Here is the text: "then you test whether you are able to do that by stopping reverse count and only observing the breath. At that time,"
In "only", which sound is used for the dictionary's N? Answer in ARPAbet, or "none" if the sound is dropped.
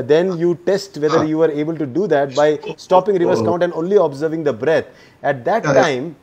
N